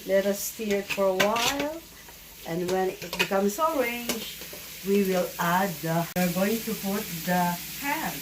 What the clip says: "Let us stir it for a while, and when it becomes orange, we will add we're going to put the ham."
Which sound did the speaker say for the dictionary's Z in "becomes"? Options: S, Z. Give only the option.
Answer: S